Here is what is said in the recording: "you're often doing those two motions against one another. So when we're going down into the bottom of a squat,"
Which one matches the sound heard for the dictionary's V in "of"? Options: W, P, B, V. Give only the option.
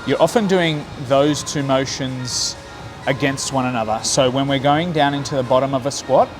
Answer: V